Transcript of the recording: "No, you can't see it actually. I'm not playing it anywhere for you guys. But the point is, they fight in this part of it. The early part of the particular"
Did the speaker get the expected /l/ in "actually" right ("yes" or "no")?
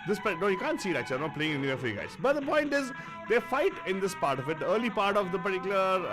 no